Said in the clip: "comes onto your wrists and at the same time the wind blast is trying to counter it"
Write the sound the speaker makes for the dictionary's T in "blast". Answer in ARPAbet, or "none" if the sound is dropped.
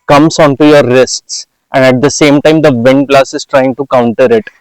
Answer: none